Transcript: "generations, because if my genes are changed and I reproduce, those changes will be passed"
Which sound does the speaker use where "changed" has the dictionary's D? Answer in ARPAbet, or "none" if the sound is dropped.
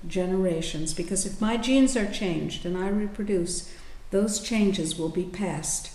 D